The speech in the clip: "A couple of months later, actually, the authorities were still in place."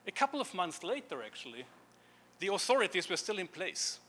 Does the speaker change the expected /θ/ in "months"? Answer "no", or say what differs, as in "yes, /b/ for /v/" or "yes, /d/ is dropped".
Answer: no